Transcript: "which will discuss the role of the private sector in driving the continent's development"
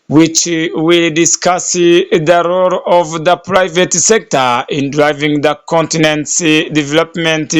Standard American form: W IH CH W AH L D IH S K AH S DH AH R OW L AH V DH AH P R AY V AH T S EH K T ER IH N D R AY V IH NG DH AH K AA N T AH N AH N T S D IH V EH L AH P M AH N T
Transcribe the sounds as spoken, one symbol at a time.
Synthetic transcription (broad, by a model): W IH CH W AH L D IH S K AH S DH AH R OW L AH V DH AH P R AY V AH T S EH K T ER IH N D R AY V IH NG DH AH K AA N T AH N AH N T S D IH V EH L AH P M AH N T